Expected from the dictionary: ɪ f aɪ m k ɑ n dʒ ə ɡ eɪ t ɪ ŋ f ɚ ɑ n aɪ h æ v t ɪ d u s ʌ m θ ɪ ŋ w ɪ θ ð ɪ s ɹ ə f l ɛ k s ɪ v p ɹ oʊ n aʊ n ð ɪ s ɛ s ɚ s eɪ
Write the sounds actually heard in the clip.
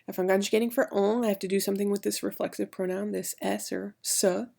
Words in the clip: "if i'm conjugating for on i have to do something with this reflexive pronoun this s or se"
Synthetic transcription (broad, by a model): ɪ f aɪ m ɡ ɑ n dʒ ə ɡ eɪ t ɪ ŋ f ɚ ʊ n aɪ h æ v t ɪ d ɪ s ʌ m θ ɪ ŋ w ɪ ð ɪ s ɹ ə f l ɛ k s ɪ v p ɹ oʊ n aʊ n ð ɪ s ɛ s ɚ s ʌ